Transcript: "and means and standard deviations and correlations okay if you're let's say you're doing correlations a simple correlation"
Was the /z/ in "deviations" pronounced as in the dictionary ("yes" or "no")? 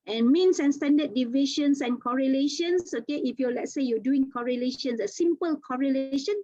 no